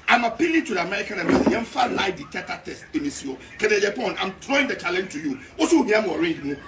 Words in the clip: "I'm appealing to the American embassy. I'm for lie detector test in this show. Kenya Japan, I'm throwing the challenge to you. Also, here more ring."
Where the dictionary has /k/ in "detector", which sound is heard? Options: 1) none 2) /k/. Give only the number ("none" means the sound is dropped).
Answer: 1